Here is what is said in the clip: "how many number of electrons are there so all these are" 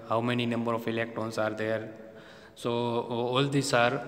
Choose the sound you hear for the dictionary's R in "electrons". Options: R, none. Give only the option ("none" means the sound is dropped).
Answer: none